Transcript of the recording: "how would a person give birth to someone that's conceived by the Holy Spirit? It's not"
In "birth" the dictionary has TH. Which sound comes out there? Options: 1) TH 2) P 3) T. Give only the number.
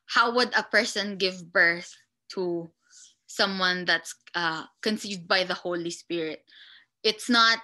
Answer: 1